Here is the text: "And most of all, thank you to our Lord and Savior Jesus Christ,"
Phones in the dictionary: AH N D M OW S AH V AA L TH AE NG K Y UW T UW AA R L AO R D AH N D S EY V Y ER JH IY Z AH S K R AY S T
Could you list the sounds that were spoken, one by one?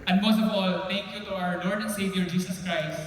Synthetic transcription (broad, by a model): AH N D M OW S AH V AA L T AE NG K Y UW T UW AA R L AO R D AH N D S EY V Y ER JH IY S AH S K R AY S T